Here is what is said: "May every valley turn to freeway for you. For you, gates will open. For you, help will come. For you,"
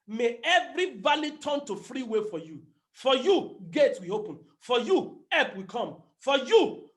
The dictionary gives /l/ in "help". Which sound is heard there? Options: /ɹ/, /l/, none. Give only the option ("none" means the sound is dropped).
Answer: none